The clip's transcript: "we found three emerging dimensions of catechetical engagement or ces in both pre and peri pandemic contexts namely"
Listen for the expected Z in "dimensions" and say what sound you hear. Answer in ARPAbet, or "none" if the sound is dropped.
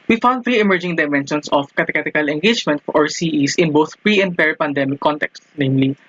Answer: S